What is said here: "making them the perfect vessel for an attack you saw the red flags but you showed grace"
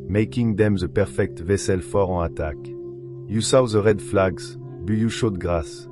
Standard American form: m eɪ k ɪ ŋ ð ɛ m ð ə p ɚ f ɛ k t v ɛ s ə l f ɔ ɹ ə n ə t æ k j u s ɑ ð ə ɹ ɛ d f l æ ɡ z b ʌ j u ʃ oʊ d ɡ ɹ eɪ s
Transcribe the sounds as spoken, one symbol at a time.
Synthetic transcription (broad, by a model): m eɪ k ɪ ŋ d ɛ m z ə p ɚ f ɛ k t v ɛ s ə l f ɔ ɹ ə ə t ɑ k j u s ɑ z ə ɹ ɛ d f l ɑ ɡ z b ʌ j u ʃ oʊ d ɡ ɹ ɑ s